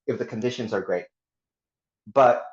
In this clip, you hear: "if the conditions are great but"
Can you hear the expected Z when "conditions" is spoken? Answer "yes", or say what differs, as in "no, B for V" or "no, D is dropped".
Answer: yes